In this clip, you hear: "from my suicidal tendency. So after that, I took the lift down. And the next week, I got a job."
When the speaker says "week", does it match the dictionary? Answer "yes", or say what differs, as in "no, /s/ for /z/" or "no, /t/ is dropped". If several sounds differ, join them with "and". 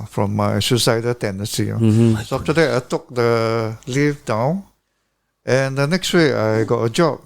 no, /k/ is dropped